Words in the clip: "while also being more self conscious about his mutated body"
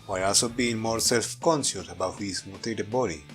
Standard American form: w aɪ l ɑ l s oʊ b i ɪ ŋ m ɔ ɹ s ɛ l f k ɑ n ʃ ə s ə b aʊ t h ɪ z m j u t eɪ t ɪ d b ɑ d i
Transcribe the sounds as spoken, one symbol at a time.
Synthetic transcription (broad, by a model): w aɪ ɑ l s oʊ b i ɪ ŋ m ɔ ɹ s ɛ l f k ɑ n s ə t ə b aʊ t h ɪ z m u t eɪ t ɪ b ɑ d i